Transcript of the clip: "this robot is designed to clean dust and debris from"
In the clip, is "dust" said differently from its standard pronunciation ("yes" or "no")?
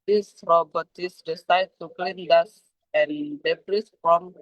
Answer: yes